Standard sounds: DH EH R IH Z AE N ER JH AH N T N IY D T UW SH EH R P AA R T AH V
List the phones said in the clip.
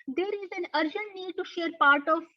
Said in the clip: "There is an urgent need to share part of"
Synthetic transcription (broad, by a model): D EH R IH Z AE N ER JH AH N T N IY D T UW SH EH R P AA R T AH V